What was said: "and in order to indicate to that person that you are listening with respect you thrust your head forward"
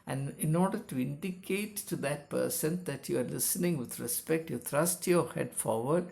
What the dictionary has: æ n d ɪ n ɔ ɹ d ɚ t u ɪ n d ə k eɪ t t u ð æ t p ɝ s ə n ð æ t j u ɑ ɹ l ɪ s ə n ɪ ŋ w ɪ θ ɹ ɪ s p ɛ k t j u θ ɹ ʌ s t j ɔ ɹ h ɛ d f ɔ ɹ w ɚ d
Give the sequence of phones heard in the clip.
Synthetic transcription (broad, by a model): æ n d ɪ n ɔ ɹ d ɚ t u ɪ n d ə k eɪ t t u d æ t p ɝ s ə n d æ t j u ɑ ɹ l ɪ s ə n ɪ ŋ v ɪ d ɹ ɪ s p ɛ k t j u t ɹ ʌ s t j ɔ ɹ h ɛ d f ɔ ɹ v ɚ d